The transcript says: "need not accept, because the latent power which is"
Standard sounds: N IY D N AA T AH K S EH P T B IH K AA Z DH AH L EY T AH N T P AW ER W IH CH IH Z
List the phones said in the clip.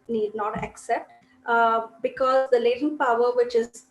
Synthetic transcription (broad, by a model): N IY D N AA T AH K S EH P T B IH K AA Z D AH L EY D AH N P AW ER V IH CH IH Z